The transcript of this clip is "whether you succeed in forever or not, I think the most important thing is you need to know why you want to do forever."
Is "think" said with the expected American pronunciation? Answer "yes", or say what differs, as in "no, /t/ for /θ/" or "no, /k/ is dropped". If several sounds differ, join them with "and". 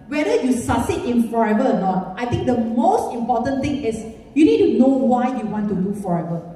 no, /t/ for /θ/